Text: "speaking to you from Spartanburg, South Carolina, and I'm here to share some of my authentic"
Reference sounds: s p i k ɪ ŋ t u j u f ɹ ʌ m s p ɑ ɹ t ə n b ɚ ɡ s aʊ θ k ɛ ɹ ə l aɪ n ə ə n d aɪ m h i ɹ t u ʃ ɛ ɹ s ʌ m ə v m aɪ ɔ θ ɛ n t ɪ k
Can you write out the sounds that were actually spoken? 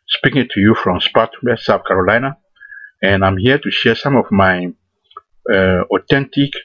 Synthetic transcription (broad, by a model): s p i k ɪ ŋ t u j u f ɹ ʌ m s p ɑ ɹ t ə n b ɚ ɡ s aʊ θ k ɛ ɹ ə l aɪ n ə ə n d aɪ m h i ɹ t u ʃ ɛ ɹ s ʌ m ə v m aɪ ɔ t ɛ n t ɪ k